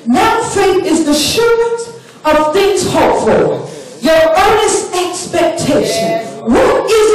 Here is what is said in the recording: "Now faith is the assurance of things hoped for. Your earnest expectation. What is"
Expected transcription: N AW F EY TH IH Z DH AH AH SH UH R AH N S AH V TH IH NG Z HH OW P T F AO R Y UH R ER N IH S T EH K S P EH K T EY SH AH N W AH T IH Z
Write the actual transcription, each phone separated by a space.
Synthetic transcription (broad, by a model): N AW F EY IH Z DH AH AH SH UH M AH N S AH V TH IH NG Z HH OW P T F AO L Y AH R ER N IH S T EH K S P EH K T EY SH AH N W AH T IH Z